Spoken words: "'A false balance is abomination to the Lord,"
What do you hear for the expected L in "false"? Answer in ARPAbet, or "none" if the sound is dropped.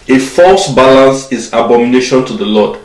L